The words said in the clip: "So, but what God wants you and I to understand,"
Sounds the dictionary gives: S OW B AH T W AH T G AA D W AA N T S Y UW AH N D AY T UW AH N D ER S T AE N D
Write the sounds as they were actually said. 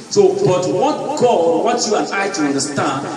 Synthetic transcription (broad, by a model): S OW B AH T W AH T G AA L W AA T Y UW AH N AY T UW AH N D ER S T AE N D